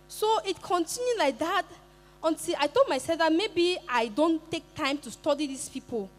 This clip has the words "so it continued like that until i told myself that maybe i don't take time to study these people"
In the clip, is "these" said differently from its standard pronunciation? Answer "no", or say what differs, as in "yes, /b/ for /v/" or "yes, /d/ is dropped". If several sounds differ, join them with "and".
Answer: yes, /s/ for /z/